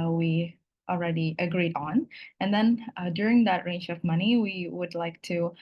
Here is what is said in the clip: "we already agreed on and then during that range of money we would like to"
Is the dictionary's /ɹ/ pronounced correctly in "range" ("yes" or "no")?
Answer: yes